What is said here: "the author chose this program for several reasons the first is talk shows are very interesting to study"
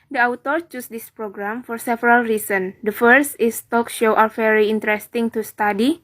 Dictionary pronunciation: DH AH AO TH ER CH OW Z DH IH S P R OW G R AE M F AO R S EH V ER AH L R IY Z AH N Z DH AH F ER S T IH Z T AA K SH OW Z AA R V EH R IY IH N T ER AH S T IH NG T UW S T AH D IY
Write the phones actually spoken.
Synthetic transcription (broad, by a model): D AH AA T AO CH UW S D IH S P R OW G R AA M F AO R S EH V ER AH L R IY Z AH N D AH F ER S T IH S T AA K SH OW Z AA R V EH R IY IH N T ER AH S T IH NG T UW S T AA D IY